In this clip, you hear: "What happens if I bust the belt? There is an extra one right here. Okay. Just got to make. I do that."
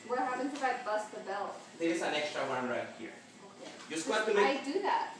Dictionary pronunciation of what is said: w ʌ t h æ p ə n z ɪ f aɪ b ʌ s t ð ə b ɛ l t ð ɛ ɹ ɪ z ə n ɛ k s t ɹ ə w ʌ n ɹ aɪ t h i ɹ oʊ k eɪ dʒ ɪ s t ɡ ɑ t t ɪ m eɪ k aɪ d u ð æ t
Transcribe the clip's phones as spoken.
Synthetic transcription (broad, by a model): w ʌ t h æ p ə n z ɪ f aɪ b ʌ s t ð ə b ɛ l t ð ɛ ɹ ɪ s ə n ɛ k s t ɹ ə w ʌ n ɹ aɪ t h i ɹ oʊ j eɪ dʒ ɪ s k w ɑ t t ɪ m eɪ aɪ d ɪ ð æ t